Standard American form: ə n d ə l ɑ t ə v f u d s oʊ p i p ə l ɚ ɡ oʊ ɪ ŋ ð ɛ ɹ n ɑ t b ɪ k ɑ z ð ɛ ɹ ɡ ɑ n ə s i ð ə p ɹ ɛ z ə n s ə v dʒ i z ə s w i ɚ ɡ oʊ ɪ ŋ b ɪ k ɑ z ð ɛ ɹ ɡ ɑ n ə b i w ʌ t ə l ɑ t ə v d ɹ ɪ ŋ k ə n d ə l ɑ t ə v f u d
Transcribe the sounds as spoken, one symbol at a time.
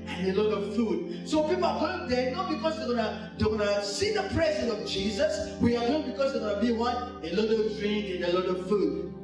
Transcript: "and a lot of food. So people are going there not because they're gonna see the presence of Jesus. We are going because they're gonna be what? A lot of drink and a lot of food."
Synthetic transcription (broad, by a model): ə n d ə l ɑ t ə v f u d s oʊ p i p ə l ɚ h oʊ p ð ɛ n ɑ t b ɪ k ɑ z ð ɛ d ɡ ɑ n ə s i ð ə p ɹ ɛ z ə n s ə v dʒ i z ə s w i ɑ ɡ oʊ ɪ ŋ b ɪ k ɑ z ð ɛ ɡ ɑ n ə b i w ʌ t ə l ɑ t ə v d ɹ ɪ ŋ ə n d ə l ɑ t ə v f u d